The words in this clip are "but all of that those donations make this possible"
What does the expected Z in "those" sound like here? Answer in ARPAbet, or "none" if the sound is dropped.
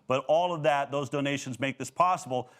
Z